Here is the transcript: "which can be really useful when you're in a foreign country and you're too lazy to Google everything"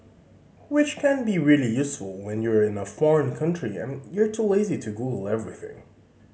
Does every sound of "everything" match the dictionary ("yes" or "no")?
yes